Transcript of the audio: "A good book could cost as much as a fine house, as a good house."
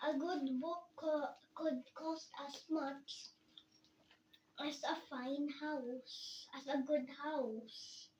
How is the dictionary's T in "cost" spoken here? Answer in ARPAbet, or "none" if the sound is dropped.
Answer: T